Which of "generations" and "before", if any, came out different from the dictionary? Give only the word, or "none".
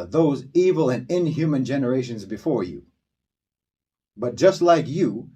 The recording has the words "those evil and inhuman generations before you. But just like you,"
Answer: none